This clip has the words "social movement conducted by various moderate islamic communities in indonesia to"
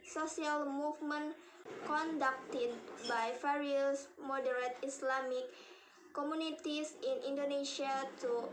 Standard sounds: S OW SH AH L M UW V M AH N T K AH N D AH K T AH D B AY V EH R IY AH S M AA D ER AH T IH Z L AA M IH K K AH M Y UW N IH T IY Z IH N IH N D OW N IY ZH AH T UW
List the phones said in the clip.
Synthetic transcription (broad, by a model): S OW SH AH L M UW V M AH N K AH N D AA K T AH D B AY F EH R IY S M AA D ER AH T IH S L AA M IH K K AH M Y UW N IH T IY S IH N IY N D OW N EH SH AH T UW